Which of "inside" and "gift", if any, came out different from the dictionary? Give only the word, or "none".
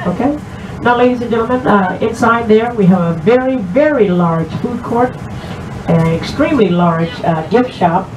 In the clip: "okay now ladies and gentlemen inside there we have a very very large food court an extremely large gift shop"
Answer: none